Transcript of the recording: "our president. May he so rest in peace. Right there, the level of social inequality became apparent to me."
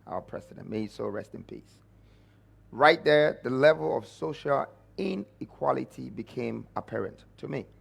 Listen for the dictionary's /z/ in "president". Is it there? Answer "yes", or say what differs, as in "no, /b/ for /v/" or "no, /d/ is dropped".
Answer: no, /s/ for /z/